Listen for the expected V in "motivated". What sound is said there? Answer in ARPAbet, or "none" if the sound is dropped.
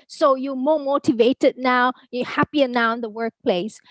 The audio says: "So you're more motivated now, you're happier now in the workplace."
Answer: V